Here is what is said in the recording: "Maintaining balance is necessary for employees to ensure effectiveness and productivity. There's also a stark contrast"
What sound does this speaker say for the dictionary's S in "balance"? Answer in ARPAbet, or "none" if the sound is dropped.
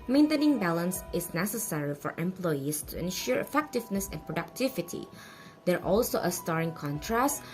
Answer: S